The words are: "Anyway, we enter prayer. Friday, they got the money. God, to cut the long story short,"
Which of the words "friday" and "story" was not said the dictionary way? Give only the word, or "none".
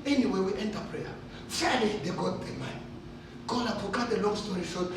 friday